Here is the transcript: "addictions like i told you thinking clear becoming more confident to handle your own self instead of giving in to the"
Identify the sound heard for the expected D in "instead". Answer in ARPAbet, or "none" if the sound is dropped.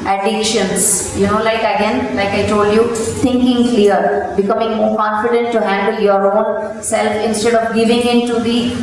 D